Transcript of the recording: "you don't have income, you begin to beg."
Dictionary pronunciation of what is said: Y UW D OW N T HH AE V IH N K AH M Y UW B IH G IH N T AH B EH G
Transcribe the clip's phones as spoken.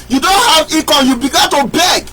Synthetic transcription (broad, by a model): Y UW D OW N T HH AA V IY K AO Y UW B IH G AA N T AH B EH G